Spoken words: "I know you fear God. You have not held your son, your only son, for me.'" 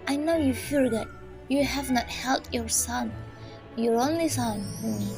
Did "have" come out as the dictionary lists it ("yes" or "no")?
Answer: yes